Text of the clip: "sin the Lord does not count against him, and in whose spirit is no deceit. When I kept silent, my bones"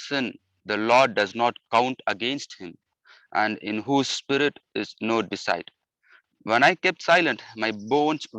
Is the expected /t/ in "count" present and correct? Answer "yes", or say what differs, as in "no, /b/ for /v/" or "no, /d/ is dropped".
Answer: yes